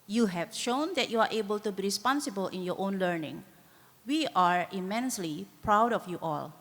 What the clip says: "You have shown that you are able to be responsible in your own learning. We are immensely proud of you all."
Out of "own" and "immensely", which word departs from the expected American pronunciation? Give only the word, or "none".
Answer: none